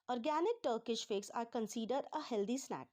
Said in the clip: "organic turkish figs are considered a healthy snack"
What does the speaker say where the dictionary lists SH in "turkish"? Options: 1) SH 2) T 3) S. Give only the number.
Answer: 1